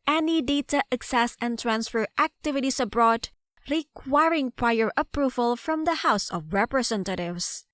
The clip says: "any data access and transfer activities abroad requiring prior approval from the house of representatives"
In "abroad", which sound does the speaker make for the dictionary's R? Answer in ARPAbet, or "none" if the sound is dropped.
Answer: R